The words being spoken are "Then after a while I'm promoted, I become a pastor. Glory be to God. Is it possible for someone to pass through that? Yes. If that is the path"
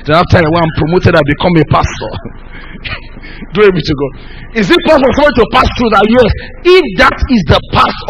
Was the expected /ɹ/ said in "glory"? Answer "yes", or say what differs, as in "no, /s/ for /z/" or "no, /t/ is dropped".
no, /ɹ/ is dropped